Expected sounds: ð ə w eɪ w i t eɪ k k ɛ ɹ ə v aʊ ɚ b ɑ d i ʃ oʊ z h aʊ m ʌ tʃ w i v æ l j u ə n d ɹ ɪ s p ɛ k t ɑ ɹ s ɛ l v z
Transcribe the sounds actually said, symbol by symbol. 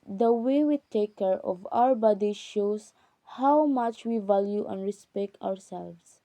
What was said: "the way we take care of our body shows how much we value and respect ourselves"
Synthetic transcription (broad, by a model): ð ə w eɪ w i t eɪ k k ɛ ɹ ə v aʊ ɚ b ɑ d i ʃ oʊ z h aʊ m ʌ tʃ w i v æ l j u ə n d ɹ ɪ s p ɛ k t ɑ ɹ s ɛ l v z